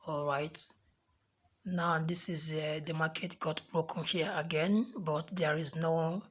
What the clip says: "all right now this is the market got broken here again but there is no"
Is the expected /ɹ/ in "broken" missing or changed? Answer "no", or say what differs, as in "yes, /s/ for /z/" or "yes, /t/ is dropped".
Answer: no